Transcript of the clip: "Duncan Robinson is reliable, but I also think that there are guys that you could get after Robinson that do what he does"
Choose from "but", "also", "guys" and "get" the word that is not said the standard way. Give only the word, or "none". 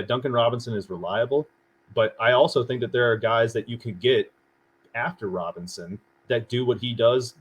none